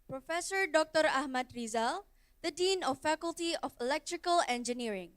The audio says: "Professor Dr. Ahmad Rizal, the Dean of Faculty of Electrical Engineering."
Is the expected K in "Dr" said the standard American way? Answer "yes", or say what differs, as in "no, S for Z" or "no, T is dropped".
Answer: yes